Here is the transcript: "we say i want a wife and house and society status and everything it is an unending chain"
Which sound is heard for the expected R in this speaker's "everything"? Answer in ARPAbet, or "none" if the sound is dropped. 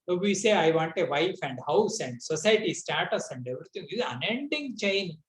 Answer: none